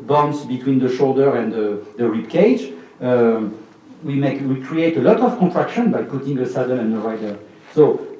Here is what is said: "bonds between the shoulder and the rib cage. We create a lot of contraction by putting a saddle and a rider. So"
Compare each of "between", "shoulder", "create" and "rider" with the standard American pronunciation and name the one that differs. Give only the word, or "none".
none